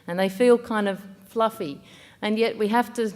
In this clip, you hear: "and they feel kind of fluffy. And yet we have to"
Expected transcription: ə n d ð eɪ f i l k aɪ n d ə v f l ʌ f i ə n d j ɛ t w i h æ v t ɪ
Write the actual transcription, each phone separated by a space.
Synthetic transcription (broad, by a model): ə n ð eɪ f i l k aɪ n d ə v f l ʌ f i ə n j ɛ t w i h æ f t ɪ